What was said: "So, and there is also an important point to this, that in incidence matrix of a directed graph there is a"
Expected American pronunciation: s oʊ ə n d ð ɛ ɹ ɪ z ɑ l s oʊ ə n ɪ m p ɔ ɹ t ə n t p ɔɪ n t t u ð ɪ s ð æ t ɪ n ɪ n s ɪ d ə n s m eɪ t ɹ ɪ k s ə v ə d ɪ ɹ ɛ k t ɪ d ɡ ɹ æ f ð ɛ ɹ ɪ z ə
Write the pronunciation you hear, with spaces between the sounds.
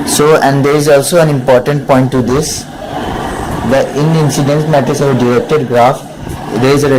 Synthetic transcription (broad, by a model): s oʊ ə n d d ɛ ɹ ɪ z ɑ l s oʊ ə n ɪ m p ɔ ɹ t ə n t p ɔɪ n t t u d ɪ s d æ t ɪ n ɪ n s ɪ d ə n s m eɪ t ɪ s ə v ə d ɪ ɹ ɛ k t ɪ d ɡ ɹ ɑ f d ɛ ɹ ɪ z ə